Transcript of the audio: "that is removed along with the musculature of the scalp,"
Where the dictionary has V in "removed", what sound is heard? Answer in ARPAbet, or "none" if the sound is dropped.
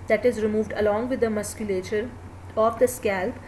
V